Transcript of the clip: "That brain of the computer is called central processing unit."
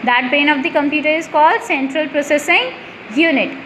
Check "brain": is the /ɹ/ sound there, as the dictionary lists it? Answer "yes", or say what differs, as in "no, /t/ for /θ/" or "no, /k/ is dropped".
no, /ɹ/ is dropped